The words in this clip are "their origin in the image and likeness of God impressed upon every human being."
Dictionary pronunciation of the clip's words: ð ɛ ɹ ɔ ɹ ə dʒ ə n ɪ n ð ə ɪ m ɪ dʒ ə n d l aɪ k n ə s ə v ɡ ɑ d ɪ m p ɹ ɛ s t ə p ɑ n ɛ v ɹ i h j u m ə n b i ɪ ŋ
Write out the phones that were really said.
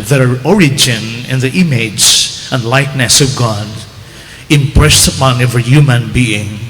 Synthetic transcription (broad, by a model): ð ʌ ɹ ɔ ɹ ə dʒ ə n ɪ n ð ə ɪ m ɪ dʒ ə n d l aɪ k n ə s ə v ɡ ɑ d ɪ m p ɹ ɛ s t ə p ɑ n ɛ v i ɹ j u m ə n b i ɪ ŋ